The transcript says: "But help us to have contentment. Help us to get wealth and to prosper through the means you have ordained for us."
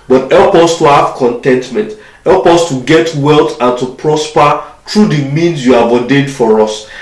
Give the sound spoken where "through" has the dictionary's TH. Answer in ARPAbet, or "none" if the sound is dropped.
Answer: T